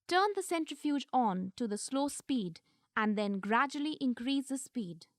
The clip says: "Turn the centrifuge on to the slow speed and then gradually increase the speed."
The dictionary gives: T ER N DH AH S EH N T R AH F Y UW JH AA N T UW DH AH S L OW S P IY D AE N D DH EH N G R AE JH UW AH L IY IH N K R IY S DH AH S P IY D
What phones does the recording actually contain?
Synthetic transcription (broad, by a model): T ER N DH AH S EH N T R AH F Y UW JH AA N T UW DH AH S L OW S P IY D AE N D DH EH N G R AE JH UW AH L IY IH N K R IY S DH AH S P IY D